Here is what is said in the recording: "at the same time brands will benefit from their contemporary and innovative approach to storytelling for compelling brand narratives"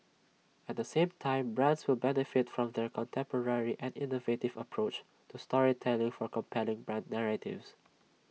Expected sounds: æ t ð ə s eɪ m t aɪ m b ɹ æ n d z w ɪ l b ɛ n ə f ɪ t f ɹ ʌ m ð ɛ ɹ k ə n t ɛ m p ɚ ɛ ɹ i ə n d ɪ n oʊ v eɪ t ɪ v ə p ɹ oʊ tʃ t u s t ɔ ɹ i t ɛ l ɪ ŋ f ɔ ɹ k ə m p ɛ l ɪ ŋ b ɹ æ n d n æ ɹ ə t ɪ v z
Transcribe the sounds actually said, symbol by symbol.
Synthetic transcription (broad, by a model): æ t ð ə s eɪ m t aɪ m b ɹ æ n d s w ɪ l b ɛ n ə f ɪ t f ɹ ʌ m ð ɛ ɹ k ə n t ɛ m p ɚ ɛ ɹ i ə n d ɪ n oʊ v eɪ t ɪ v ə p ɹ oʊ tʃ t u s t ɔ ɹ i t ɛ l ɪ ŋ f ɔ ɹ k ə m p ɛ l ɪ ŋ b ɹ æ n d n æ ɹ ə t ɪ v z